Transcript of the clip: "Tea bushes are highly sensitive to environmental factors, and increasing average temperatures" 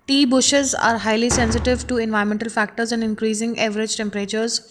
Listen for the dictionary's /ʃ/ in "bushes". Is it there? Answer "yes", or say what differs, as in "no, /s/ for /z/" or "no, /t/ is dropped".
yes